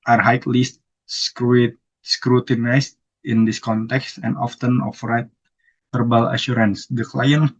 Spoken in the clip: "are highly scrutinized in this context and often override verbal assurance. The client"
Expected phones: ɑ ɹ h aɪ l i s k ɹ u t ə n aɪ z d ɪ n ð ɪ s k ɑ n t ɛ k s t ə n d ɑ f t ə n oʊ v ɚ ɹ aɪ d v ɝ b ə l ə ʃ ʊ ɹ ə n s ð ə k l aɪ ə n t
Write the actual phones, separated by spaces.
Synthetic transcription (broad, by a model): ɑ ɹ h aɪ l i s k ɹ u t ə n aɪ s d ɪ n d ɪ s k ɑ n t ɛ k s t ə n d ɑ f t ə n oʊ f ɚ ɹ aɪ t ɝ b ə l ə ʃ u ɹ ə n s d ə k l aɪ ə n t